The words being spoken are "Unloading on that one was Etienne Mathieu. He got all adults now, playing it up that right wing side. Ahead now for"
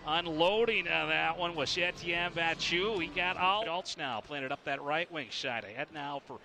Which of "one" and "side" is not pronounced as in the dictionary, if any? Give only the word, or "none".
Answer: side